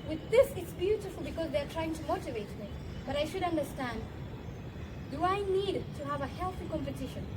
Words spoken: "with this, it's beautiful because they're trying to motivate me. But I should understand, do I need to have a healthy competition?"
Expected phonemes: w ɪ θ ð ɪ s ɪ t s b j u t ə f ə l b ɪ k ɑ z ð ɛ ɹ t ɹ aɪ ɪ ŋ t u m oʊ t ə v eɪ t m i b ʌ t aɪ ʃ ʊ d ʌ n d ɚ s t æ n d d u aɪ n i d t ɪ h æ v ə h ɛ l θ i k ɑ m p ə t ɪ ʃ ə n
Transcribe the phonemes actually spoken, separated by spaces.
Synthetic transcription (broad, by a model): w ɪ ð ɪ s ɪ t s b j u t ə f ə l b ɪ k ɑ z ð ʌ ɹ t ɹ aɪ ɪ ŋ t u m oʊ t ə v eɪ t m i b ʌ t aɪ ʃ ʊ d ʌ n d ɚ s t æ n d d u aɪ n i d t ɪ h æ v ə h ɛ l θ i k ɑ m p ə t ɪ ʃ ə n